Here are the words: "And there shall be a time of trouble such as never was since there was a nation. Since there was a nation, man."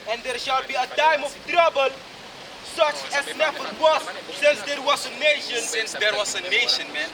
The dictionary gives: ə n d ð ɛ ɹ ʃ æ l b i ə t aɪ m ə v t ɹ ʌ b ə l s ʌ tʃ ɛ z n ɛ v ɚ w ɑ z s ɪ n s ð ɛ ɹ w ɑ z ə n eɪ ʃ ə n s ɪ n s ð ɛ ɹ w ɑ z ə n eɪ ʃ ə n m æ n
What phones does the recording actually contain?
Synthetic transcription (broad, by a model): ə n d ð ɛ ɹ ʃ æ l b i ə t aɪ m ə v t ɹ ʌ b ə l s ʌ tʃ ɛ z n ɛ f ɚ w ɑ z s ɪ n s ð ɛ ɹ w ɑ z ə n eɪ ʃ ə n s ɪ n s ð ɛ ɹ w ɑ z ə n eɪ ʃ ə n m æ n